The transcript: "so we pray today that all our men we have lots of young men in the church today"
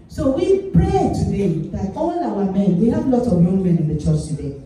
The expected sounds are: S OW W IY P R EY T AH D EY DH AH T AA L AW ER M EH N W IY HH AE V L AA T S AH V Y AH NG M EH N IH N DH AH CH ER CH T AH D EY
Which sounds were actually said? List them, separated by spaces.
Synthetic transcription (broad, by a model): S OW W IY P R EY T AH D EY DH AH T AA L AW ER M EH N W IY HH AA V L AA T AH V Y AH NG M EH N IH N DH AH CH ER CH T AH D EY